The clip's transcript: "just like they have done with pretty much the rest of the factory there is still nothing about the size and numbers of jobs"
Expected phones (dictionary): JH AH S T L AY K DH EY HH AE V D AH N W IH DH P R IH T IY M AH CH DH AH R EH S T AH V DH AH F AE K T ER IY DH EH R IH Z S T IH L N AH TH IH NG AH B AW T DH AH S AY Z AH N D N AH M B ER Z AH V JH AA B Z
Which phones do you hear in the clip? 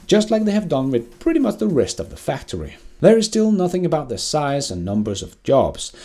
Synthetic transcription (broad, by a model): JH AH S T L AY K DH EY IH V D AH N W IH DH P R IH T IY M AH CH DH AH R EH S T AH V DH AH F AE K T ER IY DH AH R IH Z S T IH L N AH TH IH NG AH B AW T DH AH S AY Z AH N N AH M B ER Z AH V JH AA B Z